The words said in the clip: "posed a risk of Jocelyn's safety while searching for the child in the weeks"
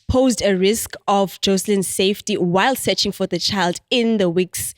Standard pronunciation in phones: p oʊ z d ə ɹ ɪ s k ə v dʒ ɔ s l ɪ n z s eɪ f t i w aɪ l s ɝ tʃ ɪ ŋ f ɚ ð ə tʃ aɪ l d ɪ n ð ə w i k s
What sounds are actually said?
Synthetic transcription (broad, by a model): p oʊ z d ə ɹ ɪ s k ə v dʒ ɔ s l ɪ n s eɪ f t i w aɪ l s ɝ tʃ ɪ ŋ f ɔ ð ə tʃ aɪ l d ɪ n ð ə w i k s